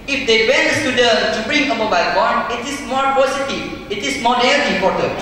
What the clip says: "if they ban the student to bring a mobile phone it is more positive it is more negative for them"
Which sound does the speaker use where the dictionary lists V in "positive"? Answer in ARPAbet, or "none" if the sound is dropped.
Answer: none